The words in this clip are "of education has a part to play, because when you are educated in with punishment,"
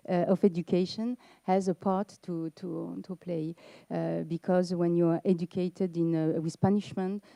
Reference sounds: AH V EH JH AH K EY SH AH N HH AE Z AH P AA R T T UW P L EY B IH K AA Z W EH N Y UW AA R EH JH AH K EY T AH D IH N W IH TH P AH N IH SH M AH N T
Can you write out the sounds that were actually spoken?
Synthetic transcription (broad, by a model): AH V EH JH AH K EY SH AH N HH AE Z AH P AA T T T UW P L EY B IH K AA Z W EH N Y UW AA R EH JH AH K EY T AH D IH N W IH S P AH N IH SH M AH N T